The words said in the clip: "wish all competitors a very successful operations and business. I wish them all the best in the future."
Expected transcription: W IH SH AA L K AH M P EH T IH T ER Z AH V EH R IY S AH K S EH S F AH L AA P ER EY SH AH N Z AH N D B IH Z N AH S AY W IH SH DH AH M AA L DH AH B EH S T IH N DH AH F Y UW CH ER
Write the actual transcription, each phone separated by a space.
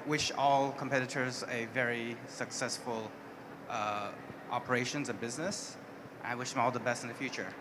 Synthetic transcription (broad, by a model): W IH SH AA L K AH M P EH T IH T ER Z AH V EH R IY S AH K S EH S F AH L AA P ER EY SH AH N Z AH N B IH Z N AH S AY W IH SH DH AH M AA L DH AH B EH S T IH N DH AH F Y UW CH ER